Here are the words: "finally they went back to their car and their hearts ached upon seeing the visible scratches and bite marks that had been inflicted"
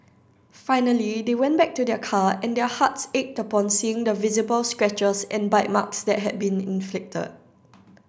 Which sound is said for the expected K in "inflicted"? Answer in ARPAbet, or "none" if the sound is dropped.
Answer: K